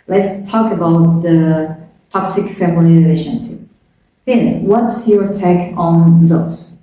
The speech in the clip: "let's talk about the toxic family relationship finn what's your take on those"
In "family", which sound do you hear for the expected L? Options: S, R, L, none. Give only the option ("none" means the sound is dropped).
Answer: none